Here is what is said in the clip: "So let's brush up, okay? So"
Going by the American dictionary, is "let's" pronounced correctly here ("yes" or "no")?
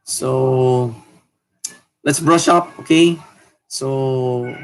yes